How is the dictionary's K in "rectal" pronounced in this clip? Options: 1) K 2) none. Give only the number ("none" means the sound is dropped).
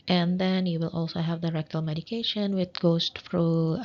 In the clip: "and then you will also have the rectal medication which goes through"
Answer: 1